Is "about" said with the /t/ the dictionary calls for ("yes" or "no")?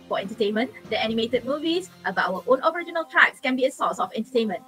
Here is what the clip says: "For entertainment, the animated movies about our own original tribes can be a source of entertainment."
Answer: no